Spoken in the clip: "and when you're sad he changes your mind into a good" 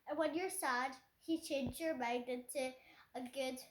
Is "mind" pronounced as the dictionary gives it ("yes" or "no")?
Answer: no